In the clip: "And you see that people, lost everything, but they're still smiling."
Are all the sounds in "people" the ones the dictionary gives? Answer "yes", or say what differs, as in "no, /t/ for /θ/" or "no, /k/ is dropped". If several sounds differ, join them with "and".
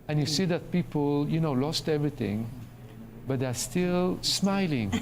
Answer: no, /n/ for /l/